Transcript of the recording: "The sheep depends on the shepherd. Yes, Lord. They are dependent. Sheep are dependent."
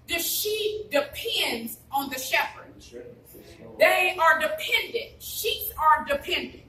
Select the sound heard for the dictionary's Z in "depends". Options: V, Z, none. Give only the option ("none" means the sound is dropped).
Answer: Z